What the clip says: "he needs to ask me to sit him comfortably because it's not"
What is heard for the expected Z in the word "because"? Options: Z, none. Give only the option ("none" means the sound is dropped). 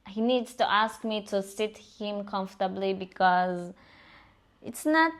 Z